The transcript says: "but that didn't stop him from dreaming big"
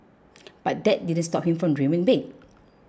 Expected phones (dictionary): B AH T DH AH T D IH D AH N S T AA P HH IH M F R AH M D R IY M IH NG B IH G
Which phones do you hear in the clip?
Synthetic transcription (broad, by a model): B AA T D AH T D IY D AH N S T AA P HH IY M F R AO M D R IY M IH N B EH